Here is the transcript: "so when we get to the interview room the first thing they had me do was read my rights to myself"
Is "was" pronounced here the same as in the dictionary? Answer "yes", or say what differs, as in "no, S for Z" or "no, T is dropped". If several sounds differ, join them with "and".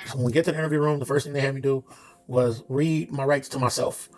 yes